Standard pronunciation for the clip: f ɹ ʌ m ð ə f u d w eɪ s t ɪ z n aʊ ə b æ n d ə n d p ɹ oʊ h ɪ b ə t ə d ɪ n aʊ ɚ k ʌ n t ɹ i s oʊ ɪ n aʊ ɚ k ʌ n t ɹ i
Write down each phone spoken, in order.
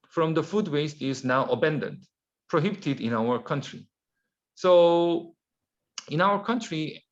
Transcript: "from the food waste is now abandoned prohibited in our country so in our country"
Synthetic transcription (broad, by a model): f ɹ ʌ m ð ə f u d w eɪ s t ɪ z n aʊ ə b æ n d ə n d p ɹ oʊ h ɪ b ə t ə d ɪ n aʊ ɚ k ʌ n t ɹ i s oʊ ɪ n aʊ ɚ k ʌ n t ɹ i